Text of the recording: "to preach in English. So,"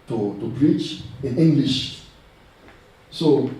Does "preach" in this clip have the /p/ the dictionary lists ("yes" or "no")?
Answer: no